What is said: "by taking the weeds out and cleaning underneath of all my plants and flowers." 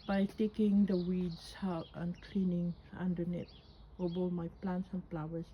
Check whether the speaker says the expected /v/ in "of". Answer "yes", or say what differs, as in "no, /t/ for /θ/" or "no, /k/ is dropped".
no, /b/ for /v/